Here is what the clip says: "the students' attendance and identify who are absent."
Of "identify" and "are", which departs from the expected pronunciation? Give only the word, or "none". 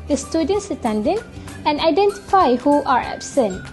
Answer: none